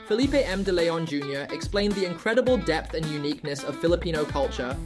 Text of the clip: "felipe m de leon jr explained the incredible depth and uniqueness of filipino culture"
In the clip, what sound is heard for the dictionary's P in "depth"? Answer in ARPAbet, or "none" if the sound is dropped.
P